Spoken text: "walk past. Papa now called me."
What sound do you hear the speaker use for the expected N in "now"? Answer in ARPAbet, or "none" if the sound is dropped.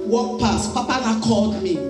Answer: L